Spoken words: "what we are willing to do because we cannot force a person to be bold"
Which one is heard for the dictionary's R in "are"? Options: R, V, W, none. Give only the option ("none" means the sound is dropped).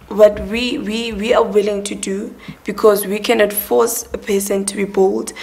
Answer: W